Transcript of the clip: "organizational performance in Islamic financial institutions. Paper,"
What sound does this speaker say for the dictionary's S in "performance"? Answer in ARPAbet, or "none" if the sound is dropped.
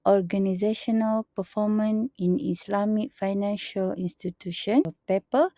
none